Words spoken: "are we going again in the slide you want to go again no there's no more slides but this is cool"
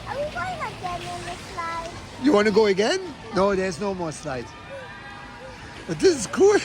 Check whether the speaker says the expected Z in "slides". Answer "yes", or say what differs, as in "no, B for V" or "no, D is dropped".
no, Z is dropped